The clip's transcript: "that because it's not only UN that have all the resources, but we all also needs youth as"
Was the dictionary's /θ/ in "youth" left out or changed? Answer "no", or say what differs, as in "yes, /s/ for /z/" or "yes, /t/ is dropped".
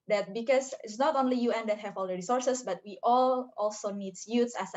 yes, /s/ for /θ/